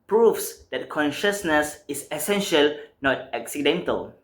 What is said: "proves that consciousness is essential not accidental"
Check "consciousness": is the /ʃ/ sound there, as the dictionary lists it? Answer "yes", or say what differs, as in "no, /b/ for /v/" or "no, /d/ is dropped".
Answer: yes